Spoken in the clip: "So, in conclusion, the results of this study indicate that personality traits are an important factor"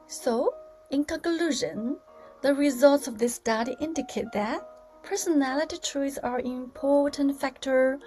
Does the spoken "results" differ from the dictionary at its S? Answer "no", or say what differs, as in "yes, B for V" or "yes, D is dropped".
no